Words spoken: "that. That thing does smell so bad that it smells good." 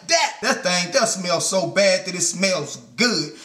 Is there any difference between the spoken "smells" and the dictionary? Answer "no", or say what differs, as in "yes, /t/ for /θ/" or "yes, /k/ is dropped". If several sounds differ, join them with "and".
no